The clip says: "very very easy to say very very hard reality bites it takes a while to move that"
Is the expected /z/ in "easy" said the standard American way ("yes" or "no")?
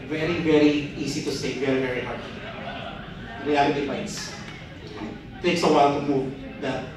no